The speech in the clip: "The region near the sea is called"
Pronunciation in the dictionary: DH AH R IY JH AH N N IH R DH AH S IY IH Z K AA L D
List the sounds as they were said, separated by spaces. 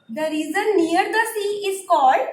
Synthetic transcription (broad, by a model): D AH R IY Z AH N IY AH R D AH S IY IH Z K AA L D